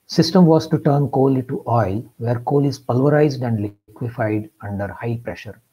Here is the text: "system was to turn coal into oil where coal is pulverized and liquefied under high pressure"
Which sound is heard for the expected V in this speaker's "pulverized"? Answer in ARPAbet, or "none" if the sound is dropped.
V